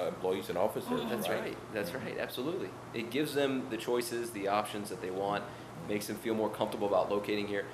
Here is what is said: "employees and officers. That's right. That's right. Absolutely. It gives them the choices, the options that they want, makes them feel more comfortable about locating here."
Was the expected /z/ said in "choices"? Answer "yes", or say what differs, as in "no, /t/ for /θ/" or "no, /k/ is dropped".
yes